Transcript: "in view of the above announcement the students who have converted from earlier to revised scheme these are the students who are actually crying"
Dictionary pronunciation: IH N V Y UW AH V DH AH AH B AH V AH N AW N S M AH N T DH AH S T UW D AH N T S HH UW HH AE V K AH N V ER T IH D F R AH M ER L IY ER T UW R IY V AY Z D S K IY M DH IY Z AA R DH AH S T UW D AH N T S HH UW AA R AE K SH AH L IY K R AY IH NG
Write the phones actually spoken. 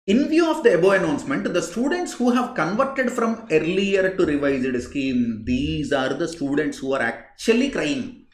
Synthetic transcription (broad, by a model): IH N V Y UW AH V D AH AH B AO AH N AW N S M AH N T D AH S T UW D AH N T S HH UW HH AE V K AH N V ER T IH D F R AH M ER L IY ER T UW R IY V AY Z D S K IY M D IY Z AA R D AH S T UW D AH N T S HH UW AA R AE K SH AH L IY K R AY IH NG